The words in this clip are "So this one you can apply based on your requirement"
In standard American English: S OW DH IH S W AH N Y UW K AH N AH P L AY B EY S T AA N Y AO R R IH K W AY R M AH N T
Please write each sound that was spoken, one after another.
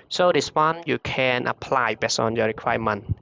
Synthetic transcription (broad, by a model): S OW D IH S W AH N Y UW K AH N AH P L AY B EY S AA N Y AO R R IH K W AY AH M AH N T